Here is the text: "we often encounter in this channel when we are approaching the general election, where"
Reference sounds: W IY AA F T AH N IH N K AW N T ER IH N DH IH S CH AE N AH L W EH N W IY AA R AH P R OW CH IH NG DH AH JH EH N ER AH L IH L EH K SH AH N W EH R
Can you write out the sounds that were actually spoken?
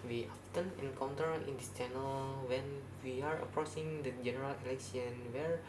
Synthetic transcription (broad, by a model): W IY AA F T AH N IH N K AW N T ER IH N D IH S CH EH N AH L W EH N W IY AA R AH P R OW S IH NG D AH JH EH N ER AH L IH L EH K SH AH N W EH R